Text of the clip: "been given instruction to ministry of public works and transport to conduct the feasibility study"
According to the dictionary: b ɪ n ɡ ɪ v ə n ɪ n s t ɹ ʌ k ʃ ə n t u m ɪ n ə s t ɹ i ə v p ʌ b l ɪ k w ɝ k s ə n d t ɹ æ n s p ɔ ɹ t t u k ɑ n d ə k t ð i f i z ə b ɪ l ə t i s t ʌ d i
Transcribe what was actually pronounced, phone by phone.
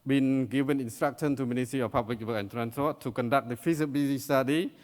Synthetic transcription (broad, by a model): b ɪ n ɡ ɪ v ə n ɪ n s t ɹ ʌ k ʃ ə n t u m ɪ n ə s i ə p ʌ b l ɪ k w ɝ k ə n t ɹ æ n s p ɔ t t u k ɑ n d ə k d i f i s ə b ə s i s t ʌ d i